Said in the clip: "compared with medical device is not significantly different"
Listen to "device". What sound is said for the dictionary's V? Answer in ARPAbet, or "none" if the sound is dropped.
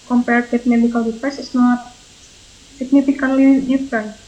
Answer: P